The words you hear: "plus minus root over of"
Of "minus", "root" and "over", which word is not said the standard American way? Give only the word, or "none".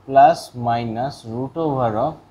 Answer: over